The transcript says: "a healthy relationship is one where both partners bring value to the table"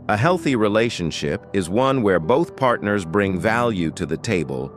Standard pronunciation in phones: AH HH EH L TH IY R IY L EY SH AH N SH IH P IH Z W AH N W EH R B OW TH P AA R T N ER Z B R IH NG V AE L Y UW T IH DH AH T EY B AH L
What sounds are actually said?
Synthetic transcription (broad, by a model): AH HH EH L TH IY R IY L EY SH AH N SH IH P IH Z W AH N W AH R B OW TH P AA R T N ER Z B R IH NG V AE L Y UW T IH DH AH T EY B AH L